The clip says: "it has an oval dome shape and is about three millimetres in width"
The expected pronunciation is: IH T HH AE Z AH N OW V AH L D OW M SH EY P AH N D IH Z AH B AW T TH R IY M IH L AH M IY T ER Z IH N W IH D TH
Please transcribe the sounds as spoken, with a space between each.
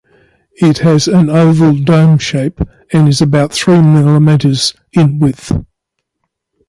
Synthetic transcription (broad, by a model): IH T HH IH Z AH N OW V AH L D OW M SH EY P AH N IH Z AH B AW T TH R IY M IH L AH M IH T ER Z IH N W IH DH